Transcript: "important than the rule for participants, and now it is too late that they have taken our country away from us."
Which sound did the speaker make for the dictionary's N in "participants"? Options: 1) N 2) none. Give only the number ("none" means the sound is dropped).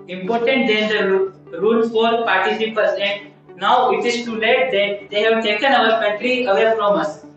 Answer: 2